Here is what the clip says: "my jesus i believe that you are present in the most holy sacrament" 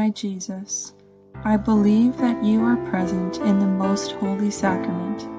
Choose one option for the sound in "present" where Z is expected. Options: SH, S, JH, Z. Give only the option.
Z